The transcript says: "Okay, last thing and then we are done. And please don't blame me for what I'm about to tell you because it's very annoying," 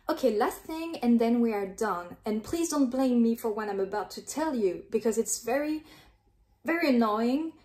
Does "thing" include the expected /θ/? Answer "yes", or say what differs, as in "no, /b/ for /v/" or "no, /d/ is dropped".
yes